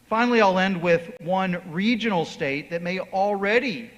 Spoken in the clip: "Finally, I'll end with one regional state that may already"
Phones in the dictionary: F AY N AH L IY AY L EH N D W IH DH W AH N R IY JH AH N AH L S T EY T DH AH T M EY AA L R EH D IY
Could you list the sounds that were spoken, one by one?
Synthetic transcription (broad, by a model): F AY N L IY AY L EH N D W IH DH W AH N R IY JH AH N L S T EY T DH AH T M EY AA L R EH D IY